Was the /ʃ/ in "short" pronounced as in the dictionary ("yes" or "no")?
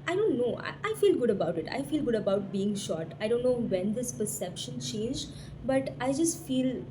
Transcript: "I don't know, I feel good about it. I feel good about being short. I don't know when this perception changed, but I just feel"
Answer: yes